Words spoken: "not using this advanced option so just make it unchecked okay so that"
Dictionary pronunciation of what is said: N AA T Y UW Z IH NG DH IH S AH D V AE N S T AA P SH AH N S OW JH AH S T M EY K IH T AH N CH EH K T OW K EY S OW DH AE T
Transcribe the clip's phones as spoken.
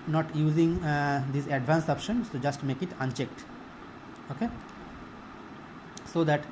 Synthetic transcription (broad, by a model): N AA T Y UW Z IH NG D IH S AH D V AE N S AA P SH AH N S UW JH AH S T M EY K IH T AH N CH EH K T OW K EY S OW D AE T